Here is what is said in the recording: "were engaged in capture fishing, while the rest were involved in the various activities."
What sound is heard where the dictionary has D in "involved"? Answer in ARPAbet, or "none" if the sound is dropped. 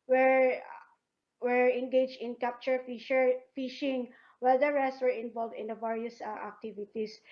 D